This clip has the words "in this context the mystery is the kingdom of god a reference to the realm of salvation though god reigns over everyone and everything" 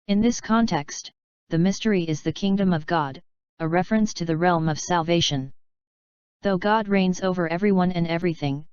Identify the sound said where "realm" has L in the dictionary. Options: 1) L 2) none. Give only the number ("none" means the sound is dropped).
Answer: 1